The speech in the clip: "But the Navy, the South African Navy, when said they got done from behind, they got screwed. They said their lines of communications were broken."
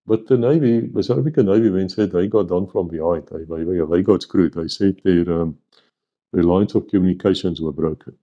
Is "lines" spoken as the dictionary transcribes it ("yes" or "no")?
no